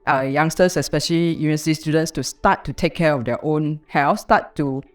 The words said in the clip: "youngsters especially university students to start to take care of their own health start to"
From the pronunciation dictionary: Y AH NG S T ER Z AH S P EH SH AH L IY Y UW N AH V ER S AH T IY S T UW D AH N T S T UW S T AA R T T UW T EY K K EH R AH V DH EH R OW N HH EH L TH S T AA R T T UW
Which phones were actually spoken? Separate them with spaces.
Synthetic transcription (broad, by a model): Y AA NG S T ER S AH S P EH SH AH L IY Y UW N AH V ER S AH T IY S T UW D AH N T S T UW S T AA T T UW T EY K K EH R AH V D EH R OW N HH EH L F S T AA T T UW